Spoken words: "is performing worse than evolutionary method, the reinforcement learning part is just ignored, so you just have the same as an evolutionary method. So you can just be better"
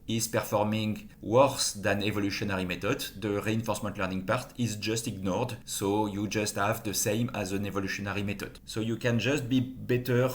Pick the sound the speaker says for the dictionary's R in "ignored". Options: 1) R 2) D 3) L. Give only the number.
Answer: 1